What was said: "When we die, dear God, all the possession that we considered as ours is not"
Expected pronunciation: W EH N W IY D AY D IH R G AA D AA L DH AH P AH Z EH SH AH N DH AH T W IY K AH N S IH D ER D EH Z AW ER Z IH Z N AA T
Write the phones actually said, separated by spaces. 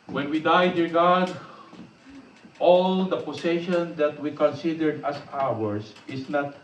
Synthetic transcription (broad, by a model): W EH N W IY D AY D IH R G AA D AA L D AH P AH S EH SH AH N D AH T W IY K AH N S IH D ER D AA S AW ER S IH S N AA T